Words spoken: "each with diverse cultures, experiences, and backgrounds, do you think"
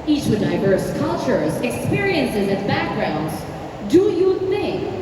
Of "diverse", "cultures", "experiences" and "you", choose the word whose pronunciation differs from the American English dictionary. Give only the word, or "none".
none